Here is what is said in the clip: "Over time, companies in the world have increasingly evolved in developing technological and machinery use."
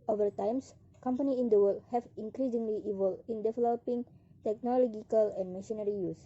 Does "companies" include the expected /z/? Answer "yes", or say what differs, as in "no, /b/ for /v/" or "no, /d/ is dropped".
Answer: no, /z/ is dropped